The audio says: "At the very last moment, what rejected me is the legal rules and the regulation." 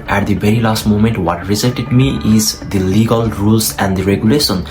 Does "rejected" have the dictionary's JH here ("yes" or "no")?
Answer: no